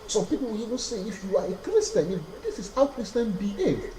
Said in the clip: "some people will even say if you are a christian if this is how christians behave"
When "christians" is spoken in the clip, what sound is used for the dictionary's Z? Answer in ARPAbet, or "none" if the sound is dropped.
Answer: none